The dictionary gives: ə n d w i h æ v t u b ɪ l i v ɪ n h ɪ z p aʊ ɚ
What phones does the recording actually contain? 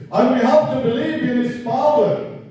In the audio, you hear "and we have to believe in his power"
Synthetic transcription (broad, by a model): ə n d w i h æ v t u b ɪ l i v ɪ n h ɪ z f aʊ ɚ